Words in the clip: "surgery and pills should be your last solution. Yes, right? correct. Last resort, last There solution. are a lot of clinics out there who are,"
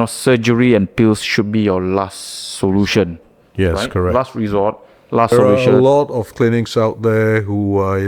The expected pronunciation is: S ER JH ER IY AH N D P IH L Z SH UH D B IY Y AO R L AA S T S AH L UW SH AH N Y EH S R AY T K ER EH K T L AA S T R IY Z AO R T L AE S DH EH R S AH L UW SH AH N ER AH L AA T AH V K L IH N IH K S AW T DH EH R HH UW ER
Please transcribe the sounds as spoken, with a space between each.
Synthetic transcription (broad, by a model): S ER JH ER IY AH N P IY L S SH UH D B IY Y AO L AA S T S AH L UW SH AH N Y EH R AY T K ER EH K L AA S T R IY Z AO T L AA S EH S AH L UW SH AH N L AA T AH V K L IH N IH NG S AW T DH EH HH UW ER